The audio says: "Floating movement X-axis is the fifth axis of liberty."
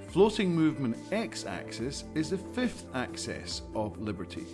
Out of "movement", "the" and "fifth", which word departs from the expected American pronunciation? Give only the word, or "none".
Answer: none